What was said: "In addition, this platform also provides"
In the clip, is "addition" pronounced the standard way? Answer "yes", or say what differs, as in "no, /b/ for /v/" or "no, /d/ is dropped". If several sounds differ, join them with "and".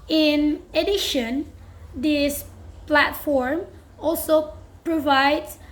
yes